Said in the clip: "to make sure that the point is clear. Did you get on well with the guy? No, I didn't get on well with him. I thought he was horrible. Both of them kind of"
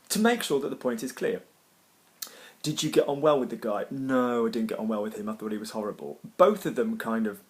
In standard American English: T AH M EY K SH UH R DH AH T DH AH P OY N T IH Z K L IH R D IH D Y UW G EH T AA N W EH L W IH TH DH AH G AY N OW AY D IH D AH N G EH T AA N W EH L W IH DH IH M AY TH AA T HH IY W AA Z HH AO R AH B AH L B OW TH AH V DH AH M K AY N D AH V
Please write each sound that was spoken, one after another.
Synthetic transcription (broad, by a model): T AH M EY K SH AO DH AH T DH AH P OY N T IH Z K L IH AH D IH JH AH G EH T N W EH L W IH DH AH G AY N OW AY D IH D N G EH T N W EH L W IH DH IH M AY TH AA T IY W AA Z HH AO R AH B AH L B OW TH AH V DH AH M K AY N D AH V